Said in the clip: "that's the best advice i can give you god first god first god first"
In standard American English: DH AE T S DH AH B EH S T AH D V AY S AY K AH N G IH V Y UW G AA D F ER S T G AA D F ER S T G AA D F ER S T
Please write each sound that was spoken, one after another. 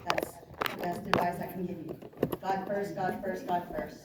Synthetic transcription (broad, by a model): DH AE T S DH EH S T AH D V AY IH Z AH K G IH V G AA D F ER S T G AA D F ER S T G AA D F ER S T